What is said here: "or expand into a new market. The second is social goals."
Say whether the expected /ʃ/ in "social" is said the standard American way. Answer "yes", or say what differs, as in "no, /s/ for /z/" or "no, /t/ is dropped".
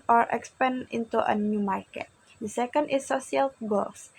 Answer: no, /ʃ/ is dropped